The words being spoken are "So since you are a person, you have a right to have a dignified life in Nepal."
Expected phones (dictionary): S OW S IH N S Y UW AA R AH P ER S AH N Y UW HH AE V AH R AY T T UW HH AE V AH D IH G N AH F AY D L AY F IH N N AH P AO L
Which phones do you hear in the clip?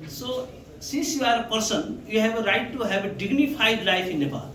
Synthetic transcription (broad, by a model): S OW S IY S Y UW AA R AH P ER S AH N Y UW HH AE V AH R AY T T UW HH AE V AH D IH G N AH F AY D L AY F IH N N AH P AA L